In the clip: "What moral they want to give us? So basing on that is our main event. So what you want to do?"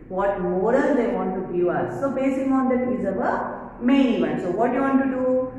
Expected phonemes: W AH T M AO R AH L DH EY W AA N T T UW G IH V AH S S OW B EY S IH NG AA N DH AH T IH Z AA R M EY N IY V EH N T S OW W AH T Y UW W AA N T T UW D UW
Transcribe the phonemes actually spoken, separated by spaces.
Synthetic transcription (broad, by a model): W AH T M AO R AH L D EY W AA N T T UW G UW AH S S OW B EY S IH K AA N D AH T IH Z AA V M EY N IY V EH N S OW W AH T Y UW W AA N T T UW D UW